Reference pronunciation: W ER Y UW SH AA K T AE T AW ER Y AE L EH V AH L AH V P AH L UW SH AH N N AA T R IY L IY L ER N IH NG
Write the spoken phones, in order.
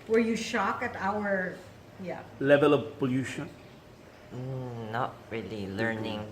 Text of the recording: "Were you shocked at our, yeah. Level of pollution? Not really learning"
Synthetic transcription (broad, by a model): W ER Y UW SH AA K AE T AW ER Y AE L EH V AH L AH V P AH L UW SH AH N N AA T R IY L IY L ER N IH NG